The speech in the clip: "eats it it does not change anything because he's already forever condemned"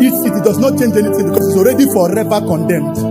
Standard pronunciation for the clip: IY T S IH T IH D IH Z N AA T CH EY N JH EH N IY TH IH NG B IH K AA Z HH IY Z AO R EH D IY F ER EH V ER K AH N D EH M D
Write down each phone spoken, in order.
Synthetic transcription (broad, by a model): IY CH S IH T IH D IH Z N AA T CH EY N JH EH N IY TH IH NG B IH K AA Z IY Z AO R EH D IY F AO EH P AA K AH N D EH M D